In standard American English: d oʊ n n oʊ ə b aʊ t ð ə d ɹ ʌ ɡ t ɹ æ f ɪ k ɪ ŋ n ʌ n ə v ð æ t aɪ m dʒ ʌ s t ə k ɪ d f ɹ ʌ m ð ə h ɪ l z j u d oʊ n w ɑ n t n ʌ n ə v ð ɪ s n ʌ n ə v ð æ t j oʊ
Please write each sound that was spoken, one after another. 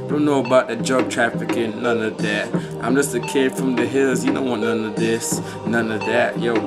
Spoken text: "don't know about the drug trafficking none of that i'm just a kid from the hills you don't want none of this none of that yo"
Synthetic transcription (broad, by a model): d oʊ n n oʊ ə b aʊ t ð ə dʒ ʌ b t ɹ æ f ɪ k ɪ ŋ n ʌ n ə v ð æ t aɪ m dʒ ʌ s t ə k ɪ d f ɹ ʌ m ð ə h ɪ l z j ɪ d oʊ n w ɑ t n ʌ n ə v ð ɪ s n ʌ n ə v ð æ t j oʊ